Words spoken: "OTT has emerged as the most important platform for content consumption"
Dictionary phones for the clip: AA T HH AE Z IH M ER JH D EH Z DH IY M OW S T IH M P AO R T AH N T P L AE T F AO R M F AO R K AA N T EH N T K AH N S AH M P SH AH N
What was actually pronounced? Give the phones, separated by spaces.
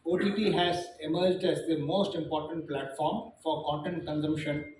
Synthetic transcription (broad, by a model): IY T HH AE Z IH M ER JH D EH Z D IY M OW S T IH M P AO R T AH N T P L AE T F AO R M F AO R K AA N T EH N T K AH N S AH M P SH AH N